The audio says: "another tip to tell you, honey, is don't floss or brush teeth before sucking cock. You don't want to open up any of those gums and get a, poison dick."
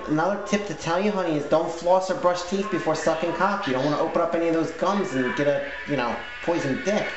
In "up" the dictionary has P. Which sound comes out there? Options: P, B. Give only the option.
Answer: P